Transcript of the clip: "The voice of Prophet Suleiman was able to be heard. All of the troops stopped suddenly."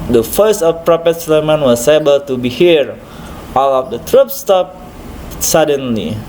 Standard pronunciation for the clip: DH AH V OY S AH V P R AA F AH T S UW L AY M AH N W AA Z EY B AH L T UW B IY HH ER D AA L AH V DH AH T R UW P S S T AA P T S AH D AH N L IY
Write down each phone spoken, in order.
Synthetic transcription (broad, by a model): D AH F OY S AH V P R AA P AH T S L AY M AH N W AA S EY B AH L T UW B IY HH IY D AA L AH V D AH T R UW P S S T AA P S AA D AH N L IY